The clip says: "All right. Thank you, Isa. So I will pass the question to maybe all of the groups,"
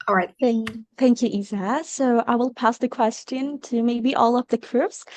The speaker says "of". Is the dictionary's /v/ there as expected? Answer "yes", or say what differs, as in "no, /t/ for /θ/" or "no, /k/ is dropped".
no, /p/ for /v/